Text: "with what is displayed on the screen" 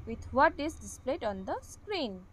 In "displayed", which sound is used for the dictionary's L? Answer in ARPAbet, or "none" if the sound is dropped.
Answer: L